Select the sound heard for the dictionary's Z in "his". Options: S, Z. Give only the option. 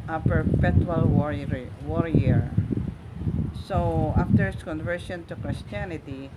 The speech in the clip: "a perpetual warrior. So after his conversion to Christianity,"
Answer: S